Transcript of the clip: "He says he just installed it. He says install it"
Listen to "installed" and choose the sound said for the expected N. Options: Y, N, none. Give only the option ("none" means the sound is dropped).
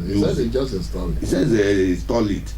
none